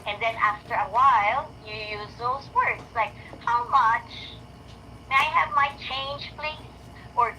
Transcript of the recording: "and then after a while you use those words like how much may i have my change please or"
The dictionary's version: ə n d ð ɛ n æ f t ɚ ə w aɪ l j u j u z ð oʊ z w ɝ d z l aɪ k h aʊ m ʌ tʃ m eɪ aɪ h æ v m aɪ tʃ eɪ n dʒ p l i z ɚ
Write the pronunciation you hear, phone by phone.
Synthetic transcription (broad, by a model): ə n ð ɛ n æ f t ɚ ə w aɪ l j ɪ j u z ð oʊ z w ɝ d z l aɪ k h aʊ m ʌ tʃ m eɪ aɪ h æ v m aɪ tʃ eɪ n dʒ p l i z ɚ